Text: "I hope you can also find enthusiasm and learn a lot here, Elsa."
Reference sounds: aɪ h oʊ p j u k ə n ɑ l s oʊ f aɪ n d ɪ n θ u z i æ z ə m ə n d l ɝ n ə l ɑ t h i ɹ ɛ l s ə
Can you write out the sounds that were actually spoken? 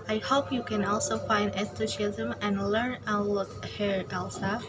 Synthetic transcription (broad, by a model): aɪ h oʊ p j u k ə n ɑ l s oʊ f aɪ n d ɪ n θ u s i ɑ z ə m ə n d l ɝ n ə l ɑ t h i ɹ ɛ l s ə